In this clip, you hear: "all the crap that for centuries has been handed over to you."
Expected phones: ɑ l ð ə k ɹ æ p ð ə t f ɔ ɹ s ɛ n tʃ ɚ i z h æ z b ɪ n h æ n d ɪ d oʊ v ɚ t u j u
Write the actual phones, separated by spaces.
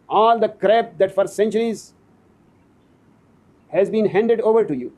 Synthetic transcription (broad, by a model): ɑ l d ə k ɹ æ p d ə t f ɔ ɹ s ɛ n tʃ ɚ i z h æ z b ɪ n h æ n d ɪ d oʊ v ɚ t u j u